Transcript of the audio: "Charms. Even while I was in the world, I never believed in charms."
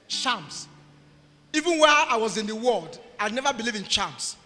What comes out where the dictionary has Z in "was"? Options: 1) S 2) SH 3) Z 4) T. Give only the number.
3